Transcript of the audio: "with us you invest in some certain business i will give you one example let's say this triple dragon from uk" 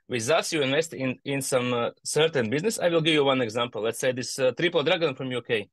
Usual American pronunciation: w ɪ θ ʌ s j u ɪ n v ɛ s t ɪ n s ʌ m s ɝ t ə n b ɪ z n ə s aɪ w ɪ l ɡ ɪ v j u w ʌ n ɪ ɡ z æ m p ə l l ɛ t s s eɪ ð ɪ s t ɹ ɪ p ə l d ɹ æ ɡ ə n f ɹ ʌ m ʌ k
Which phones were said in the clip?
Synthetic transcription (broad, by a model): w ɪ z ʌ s j u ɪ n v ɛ s t ɪ n s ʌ m s ɝ t ə n b ɪ z n ə s aɪ w ɪ l ɡ ɪ v j u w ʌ n ɪ ɡ z æ m p ə l l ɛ t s s eɪ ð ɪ s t ɹ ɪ p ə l d ɹ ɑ ɡ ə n f ɹ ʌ m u k